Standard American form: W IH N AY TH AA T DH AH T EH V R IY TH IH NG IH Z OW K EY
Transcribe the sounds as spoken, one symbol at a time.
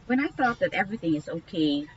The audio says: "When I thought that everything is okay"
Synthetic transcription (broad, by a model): W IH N AY TH AA T DH AH T EH V R IY TH IH NG IH Z OW K EY